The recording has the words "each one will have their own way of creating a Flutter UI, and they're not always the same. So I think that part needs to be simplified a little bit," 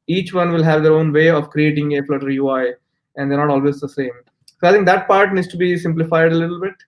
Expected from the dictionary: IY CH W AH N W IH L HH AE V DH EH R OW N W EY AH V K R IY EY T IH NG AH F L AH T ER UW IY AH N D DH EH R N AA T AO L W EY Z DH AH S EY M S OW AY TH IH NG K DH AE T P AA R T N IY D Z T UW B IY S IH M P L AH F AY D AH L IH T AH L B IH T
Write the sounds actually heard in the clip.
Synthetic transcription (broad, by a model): IY CH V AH N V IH L HH AE V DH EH R OW N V EY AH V K R IY EY T IH NG AH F L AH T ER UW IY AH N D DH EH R N AA T AO L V EY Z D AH S EY M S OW AY T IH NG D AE T P AA R T N IY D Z T UW B IY S IH M P L AH F AY D AH L IH T AH L B IH T